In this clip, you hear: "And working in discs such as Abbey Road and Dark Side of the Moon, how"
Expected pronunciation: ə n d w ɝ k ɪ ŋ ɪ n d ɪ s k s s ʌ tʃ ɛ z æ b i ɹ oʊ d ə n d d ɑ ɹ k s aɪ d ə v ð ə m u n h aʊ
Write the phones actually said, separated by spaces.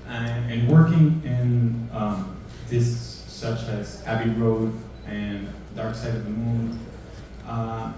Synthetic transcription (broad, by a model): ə n w ɝ k ɪ ŋ ɪ n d ɪ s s s ʌ tʃ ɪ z æ b i ɹ oʊ d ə n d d ɑ ɹ k s aɪ d ə v ð ə m u n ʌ